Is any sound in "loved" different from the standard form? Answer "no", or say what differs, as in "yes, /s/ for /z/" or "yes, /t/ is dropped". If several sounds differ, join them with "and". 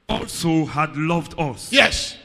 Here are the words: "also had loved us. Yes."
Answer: no